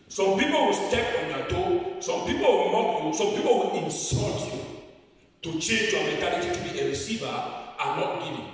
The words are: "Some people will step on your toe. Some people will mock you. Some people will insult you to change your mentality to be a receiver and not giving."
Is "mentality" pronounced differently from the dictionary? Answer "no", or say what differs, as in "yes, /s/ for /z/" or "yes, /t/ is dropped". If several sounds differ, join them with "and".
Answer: yes, /n/ is dropped